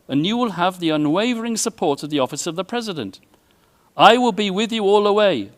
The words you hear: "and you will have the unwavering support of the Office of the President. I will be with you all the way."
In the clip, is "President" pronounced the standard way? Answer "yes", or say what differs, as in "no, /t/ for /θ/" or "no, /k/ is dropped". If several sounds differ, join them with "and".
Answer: yes